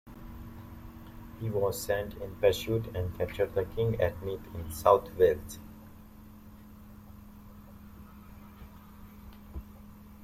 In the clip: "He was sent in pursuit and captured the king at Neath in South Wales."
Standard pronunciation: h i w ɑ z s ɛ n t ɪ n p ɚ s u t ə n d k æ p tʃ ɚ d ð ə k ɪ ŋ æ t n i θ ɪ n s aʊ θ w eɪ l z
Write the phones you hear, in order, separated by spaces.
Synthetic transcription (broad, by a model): h i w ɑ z s ɛ n t ɪ n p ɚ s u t ə n d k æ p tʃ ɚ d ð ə k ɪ ŋ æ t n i t ɪ n s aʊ t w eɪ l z